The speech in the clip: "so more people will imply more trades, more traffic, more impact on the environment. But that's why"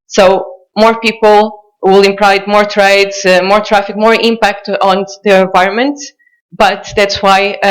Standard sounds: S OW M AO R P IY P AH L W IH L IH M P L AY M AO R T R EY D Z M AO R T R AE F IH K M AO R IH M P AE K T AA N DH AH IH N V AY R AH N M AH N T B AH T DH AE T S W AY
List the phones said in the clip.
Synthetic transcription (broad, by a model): S OW M AO R P IY P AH L W IH L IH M P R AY M AO R T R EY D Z M AO R T R AE F IH K M AO R IH M P AE K T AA N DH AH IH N V AY R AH N M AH N T B AH T DH AE T S W AY